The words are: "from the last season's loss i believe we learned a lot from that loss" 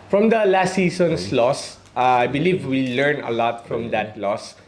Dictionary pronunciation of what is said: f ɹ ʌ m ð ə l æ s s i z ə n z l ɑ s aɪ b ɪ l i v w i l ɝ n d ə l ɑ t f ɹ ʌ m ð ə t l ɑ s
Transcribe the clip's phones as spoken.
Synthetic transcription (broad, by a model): f ɹ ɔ m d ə l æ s s i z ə n s l ɑ s aɪ b ɪ l i v w i l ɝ n ə l ɑ t f ɹ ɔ m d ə t l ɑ s